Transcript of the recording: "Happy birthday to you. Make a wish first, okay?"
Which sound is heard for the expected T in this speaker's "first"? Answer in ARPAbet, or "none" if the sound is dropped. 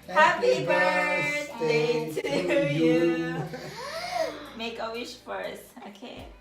none